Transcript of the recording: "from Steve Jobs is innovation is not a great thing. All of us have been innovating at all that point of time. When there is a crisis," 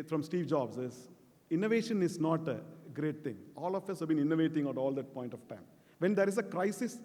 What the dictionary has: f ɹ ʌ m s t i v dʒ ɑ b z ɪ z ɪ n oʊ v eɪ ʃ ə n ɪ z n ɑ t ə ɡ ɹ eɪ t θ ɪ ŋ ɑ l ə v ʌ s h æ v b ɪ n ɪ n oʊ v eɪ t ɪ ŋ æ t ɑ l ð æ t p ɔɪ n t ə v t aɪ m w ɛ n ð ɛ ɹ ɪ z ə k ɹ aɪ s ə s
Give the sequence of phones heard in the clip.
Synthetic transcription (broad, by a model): f ɹ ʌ m s t i v dʒ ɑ b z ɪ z ɪ n oʊ v eɪ ʃ ə n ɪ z n ɑ t ə ɡ ɹ eɪ t t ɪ ŋ ɑ l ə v ʌ s h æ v b ɪ n ɪ n oʊ v eɪ t ɪ ŋ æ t ɑ l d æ t p ɔɪ n t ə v t aɪ m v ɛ n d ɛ ɹ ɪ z ə k ɹ aɪ s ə s